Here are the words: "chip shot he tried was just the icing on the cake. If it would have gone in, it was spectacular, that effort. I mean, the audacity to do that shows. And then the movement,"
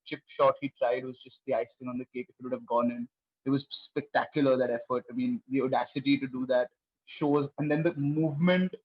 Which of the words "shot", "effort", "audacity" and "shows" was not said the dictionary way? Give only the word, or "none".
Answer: none